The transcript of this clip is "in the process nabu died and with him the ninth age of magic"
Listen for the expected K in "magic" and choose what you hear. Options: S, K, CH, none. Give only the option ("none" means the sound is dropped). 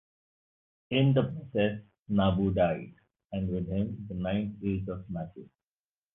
none